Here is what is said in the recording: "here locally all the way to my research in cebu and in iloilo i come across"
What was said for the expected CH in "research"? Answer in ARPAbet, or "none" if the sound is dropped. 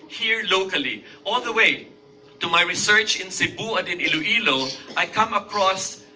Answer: CH